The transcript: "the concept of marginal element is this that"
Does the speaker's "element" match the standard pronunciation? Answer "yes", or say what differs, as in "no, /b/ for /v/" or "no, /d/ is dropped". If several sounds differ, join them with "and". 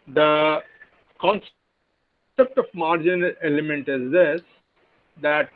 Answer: no, /l/ is dropped